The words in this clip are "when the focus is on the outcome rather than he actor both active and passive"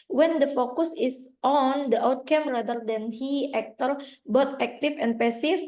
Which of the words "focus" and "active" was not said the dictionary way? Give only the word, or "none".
active